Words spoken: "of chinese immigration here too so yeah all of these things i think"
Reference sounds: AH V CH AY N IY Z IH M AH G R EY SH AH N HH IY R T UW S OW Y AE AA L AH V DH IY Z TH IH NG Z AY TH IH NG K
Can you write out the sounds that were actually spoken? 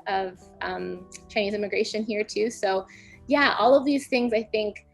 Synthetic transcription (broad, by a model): AH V CH AY N IY Z IH M AH G R EY SH AH N HH IY R T UW S OW Y AE AA L AH V DH IY Z TH IH NG Z AY TH IH NG K